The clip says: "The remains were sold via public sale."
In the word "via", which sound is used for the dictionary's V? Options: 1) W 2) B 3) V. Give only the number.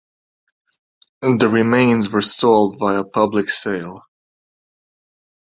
2